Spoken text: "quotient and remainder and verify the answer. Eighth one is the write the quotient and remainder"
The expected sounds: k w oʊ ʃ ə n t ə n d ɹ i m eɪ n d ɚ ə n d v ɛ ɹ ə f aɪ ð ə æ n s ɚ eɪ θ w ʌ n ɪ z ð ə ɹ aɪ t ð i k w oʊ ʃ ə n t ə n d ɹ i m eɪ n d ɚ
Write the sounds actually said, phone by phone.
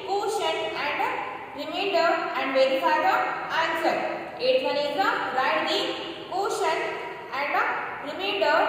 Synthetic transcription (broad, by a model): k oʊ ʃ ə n ə n d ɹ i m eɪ d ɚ ə n d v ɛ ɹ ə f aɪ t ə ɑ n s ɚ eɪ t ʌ l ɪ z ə ɹ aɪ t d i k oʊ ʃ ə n ə n d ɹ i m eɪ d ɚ